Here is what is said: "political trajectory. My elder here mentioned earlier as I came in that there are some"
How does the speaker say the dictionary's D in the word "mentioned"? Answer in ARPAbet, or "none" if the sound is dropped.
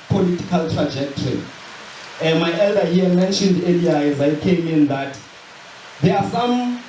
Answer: D